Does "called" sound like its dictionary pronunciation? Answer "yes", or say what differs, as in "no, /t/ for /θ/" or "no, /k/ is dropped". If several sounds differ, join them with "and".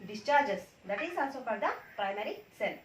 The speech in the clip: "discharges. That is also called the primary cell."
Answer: no, /l/ is dropped